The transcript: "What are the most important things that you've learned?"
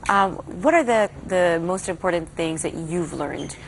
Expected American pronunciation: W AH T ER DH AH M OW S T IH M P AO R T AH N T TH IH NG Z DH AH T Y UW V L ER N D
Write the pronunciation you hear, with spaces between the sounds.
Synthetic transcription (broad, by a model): W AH T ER DH AH M OW S T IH M P AO R T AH N TH IH NG Z DH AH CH Y UW V L ER N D